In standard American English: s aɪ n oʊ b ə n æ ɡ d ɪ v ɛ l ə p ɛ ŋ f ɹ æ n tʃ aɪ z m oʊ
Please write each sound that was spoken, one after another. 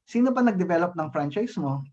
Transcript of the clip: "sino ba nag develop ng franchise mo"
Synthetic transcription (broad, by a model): s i n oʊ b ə n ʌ ɡ d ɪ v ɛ l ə p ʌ ŋ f ɹ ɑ n tʃ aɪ s m oʊ